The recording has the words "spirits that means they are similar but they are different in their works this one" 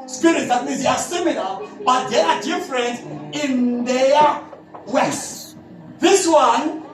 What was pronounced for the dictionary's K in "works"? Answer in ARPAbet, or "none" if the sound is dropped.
none